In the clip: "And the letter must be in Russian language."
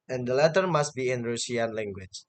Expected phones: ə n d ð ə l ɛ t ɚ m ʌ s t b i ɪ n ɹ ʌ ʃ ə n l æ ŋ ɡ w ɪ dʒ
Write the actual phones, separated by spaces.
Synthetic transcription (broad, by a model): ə n d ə l ɛ t ɚ m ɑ s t b i ɪ n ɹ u s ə n l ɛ ŋ ɡ w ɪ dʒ